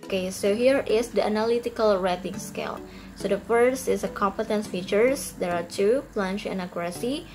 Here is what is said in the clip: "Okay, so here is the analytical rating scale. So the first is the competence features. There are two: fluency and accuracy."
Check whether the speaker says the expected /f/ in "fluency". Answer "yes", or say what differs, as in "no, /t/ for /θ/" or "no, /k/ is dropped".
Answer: no, /p/ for /f/